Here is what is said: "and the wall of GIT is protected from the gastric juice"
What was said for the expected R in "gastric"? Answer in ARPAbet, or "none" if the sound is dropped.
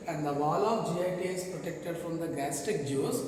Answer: none